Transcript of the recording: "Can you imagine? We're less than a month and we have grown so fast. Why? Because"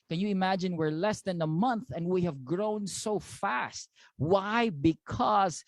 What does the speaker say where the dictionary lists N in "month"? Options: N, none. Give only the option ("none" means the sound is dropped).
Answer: N